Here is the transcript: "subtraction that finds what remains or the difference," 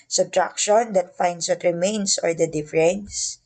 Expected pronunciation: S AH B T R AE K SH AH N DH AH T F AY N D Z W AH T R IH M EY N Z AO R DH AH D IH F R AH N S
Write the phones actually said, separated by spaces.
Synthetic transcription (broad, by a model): S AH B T R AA K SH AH N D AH T F AY N D S W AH T R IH M EY N S AO R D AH D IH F R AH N S